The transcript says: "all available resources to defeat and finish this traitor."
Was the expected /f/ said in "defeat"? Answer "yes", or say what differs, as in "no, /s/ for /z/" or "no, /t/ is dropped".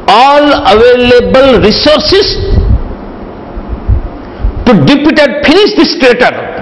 no, /p/ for /f/